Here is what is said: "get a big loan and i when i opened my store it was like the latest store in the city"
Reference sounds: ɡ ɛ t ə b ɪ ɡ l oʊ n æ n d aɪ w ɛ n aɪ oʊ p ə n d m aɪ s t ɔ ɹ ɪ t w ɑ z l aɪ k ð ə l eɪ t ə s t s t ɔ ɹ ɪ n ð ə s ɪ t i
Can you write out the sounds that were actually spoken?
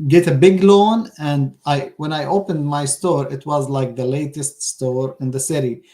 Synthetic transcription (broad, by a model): ɡ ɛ t ə b ɪ ɡ l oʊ n æ n d aɪ w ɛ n aɪ oʊ p ə n d m aɪ s t ɔ ɹ ɪ t w ɑ z l aɪ k ð ə l eɪ t ə s t s t ɔ ɹ ɪ n ð ə s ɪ t i